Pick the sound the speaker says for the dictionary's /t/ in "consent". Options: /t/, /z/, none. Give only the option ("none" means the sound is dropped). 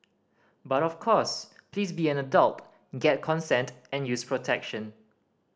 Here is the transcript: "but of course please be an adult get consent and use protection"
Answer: /t/